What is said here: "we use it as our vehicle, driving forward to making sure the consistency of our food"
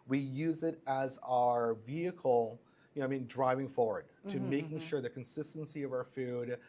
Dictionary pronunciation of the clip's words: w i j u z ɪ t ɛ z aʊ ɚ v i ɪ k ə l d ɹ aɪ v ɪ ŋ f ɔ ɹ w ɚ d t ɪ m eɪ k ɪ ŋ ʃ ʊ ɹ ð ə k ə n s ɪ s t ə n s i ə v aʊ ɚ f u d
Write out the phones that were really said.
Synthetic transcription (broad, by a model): w i j u z ɪ t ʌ z aʊ ɚ v i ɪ k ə n d ɹ aɪ v ɪ ŋ f ɔ ɹ w ɚ d t ɪ m eɪ k ɪ ŋ ʃ ʊ ɹ ð ə k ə n s ɪ s t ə n s i ə v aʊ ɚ f u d